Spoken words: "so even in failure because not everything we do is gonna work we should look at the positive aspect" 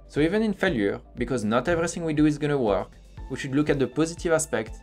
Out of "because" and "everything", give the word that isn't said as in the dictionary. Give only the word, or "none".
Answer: none